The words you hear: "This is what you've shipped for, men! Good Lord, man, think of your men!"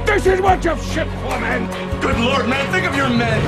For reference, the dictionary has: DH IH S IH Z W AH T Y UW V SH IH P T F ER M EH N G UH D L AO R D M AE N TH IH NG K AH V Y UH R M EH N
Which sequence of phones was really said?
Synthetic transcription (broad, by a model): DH IH S IH Z W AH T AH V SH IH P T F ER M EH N G UH D L AO R D M AE N TH IH NG K AH V Y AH R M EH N